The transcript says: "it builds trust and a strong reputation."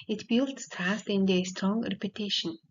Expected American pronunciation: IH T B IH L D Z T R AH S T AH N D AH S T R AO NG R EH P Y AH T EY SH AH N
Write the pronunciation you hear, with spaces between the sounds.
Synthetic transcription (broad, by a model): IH T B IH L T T AA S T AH N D AH S T R AO NG R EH P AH T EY SH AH N